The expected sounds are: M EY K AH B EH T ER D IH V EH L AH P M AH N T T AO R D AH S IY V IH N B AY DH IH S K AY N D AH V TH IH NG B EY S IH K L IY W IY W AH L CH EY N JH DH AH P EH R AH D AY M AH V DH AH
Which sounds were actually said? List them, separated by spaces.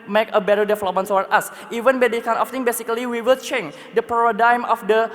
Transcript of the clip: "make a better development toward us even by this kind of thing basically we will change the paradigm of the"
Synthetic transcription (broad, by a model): M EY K AH B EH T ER D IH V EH L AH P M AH N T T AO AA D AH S IY V IH N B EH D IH K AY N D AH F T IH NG B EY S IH K L IY W IY W AH L CH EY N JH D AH P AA R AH D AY M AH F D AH